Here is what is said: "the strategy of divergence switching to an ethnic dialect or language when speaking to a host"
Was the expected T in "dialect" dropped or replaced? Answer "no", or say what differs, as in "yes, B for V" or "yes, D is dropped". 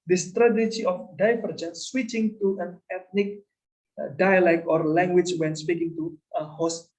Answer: yes, T is dropped